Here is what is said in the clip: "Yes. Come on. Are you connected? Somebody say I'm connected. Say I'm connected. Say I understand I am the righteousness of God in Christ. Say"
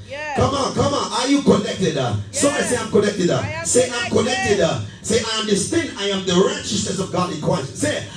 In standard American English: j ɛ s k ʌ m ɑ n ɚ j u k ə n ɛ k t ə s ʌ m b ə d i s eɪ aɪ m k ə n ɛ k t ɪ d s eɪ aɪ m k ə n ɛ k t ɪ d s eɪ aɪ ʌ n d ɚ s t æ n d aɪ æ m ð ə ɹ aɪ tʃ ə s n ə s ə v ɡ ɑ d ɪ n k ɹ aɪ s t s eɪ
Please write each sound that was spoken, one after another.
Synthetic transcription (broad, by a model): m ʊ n k ʌ m ɑ n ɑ j u k ə n ɛ k t ə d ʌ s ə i s eɪ aɪ m k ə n ɛ k t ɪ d s eɪ aɪ m k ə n ɛ k t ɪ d s eɪ aɪ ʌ n d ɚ s t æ n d aɪ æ m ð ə ɹ aɪ tʃ ə s n ə s ə v ɡ ɑ d ɪ n k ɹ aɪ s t s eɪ